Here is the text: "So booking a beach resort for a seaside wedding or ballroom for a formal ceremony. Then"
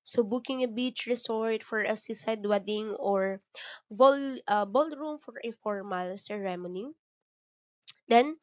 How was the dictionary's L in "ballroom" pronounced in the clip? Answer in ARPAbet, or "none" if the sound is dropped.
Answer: L